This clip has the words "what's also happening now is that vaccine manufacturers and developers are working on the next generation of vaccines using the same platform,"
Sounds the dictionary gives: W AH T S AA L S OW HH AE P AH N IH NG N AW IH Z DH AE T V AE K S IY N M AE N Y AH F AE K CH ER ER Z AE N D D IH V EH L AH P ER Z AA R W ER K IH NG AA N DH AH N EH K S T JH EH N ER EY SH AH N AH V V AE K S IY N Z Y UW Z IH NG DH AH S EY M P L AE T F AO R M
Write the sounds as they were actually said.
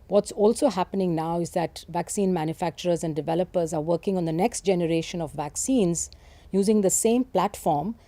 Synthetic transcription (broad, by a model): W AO T S AA L S OW HH AE P AH N IH NG N AW IH Z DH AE T V AE K S IY N M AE N Y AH F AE K CH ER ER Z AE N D D IH V EH L AH P ER Z AA R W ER K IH NG AA N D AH N EH K S T JH EH N ER EY SH AH N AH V V AE K S IY N Z Y UW Z IH NG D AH S EY M P L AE T F AO R M